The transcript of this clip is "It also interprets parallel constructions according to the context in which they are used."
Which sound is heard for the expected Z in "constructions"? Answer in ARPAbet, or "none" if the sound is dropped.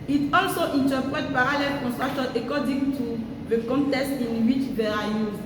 none